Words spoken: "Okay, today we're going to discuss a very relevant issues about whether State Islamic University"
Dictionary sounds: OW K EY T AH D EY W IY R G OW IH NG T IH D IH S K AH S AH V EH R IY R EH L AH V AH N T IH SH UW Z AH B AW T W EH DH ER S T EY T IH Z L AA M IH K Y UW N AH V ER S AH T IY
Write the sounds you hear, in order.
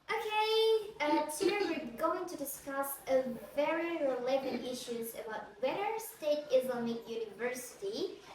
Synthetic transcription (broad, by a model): OW K EY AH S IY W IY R G OW IH NG T IH D IH S K AH S AH V EH R IY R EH L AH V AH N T IH SH UW Z AH B AW T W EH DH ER S T EY T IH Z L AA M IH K Y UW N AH V ER S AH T IY